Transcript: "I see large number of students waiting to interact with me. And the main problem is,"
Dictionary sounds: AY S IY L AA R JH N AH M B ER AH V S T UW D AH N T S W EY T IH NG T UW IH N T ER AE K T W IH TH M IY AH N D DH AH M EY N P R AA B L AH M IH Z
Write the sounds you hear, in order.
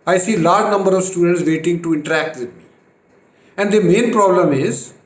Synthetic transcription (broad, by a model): AY S IY L AA R JH N AH M B ER AH V S T UW D AH N T S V EY T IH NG T UW IH N T ER AE K T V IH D M IY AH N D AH M EY N P R AA B L AH M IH Z